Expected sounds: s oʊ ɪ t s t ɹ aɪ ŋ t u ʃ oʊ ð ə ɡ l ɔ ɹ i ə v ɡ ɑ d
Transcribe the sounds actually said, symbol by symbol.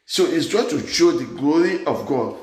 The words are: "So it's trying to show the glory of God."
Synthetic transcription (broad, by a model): s oʊ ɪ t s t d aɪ t u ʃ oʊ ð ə ɡ l ɔ ɹ i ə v ɡ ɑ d